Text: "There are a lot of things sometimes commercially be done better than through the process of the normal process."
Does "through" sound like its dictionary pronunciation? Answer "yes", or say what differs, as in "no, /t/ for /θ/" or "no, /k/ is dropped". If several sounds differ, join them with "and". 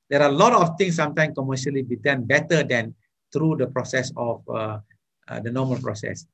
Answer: no, /t/ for /θ/